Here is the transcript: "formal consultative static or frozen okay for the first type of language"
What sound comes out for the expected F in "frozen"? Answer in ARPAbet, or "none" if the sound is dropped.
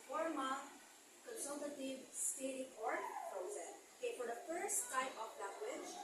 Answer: P